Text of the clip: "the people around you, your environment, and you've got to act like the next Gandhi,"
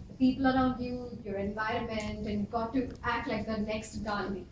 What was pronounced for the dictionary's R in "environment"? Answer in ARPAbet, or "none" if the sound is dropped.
R